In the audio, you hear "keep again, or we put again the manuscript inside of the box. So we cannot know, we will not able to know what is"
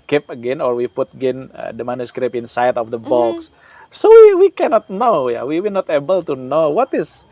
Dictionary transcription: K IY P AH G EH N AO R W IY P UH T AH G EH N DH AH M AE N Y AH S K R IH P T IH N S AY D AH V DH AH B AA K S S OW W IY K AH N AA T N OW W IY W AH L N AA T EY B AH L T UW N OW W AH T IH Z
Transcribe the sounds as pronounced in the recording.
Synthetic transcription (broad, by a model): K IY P AH G EH N AO R W IY P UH T AH G EH N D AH M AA N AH S K R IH P IH N S AY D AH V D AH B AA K S S OW W IY K AH N AA T N OW W IY W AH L N AA T EY B AH L T UW N OW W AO T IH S